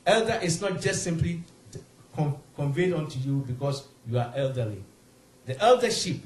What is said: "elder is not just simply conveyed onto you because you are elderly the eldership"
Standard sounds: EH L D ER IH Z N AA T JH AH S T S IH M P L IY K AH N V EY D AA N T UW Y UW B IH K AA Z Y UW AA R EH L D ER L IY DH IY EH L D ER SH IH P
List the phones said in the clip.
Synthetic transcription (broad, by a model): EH L D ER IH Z N AA T JH AH S T S IH M P L IY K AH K V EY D AA N T UW Y UW B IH K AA S Y UW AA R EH L D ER L IY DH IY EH L D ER SH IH P